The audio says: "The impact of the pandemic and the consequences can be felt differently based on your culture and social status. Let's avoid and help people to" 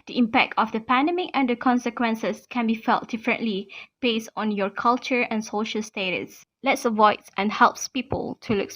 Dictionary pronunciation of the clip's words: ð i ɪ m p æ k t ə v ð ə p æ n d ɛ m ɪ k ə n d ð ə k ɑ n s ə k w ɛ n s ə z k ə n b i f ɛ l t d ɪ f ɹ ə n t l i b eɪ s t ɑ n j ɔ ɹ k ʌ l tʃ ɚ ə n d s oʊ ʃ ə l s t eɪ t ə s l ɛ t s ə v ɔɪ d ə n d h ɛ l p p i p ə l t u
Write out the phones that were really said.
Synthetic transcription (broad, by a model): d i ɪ m p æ k t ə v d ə p æ n d ɛ m ɪ k ə n d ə k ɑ n s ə k w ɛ n s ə s k ə n b i f ɛ l t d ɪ f ɹ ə n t l i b eɪ s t ɑ n j ɔ ɹ k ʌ l tʃ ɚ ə n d s oʊ ʃ ə l s t eɪ t ə s l ɛ t s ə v ɔɪ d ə n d h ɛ l p p i p ə l t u